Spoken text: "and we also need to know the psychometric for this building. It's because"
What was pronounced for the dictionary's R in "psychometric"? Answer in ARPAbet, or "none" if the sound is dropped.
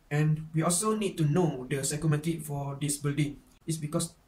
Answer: none